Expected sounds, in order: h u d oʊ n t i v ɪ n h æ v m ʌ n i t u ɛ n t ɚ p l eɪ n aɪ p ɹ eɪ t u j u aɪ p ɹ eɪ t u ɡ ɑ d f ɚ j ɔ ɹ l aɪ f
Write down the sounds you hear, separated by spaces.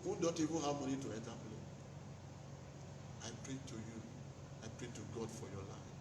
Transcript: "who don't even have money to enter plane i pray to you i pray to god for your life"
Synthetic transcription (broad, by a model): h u d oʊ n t i v ɪ n h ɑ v m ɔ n i t u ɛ n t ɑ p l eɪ aɪ p ɹ eɪ t u j u aɪ p ɹ eɪ t u ɡ ɑ d f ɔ j ɔ l aɪ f